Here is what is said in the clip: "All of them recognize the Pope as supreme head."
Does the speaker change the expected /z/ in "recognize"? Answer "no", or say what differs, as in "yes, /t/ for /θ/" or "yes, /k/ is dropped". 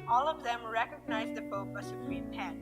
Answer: no